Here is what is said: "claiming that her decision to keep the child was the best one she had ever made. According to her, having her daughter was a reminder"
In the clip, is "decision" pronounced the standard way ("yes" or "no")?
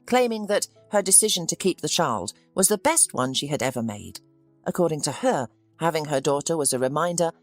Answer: yes